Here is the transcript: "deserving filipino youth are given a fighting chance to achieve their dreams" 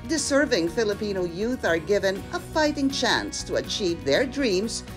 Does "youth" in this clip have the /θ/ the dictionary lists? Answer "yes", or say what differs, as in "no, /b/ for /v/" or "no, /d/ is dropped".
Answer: yes